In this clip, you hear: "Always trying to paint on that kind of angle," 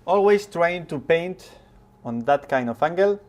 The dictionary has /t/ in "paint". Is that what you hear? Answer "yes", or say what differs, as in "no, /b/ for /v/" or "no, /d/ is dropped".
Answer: yes